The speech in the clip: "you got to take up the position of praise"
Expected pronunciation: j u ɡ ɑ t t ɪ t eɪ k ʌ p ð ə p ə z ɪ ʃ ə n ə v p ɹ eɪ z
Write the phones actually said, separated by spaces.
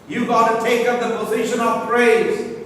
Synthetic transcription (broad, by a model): j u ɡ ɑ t t ɪ t eɪ k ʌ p ð ə p ə z ɪ ʃ ə n ə v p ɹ eɪ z